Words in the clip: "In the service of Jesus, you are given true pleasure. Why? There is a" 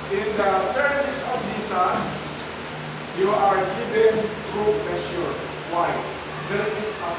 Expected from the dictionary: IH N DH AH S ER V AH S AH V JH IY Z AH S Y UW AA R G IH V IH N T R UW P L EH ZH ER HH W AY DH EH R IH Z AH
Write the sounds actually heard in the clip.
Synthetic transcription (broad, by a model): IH N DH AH S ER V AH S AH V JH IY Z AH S Y UW AA R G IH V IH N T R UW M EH S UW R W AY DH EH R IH S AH